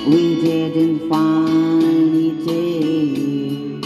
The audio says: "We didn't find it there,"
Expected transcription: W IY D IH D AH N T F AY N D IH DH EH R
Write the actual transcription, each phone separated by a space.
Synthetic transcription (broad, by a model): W IY D IH D AH N T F AY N IH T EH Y